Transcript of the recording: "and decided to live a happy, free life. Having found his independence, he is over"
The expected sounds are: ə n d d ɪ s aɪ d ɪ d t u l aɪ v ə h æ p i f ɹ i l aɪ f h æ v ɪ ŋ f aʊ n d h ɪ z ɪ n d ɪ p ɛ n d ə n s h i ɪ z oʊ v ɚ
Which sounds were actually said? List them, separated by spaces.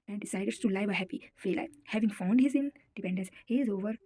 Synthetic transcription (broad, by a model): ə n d d ɪ s aɪ d ɪ d t u l aɪ v ə h æ p i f i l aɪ h æ v ɪ ŋ f aʊ n d h ɪ z ɪ n d ɪ p ɛ n d ə n s h i ɪ z oʊ v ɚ